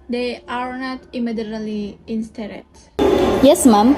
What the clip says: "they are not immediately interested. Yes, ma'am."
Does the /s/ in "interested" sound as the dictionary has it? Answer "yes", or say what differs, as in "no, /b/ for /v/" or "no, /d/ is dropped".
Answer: no, /s/ is dropped